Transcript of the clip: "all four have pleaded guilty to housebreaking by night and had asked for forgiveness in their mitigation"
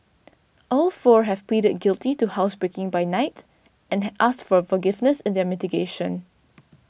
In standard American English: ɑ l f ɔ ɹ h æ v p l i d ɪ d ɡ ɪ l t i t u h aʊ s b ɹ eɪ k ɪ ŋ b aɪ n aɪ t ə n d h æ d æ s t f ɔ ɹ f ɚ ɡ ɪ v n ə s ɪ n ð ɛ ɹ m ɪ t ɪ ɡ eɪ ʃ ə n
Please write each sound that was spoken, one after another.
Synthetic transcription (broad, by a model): ɑ l f ɔ ɹ h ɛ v p l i d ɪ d ɡ ɪ l t i t u h aʊ s b ɹ eɪ k ɪ ŋ b aɪ n aɪ t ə n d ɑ s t f ɔ ɹ f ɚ ɡ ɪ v n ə s ɪ n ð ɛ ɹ m ɪ t ɪ ɡ eɪ ʃ ə n